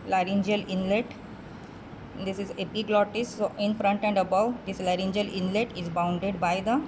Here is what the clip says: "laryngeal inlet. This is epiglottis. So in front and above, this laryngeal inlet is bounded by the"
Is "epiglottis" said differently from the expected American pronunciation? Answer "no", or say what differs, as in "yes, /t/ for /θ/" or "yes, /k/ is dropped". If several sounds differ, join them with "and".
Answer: yes, /b/ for /p/